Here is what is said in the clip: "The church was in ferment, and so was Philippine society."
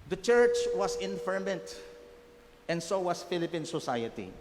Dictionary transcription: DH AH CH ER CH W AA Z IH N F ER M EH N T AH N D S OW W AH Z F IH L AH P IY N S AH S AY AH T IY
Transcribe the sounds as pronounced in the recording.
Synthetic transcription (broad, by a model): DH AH CH ER CH W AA S IH N F ER M EH N T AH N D S OW W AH S F IH L AH P IY N S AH S AY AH T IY